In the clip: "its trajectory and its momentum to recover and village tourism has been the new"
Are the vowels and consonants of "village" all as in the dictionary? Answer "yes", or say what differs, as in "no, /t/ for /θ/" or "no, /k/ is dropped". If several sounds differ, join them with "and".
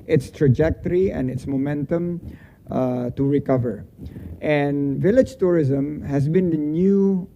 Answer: yes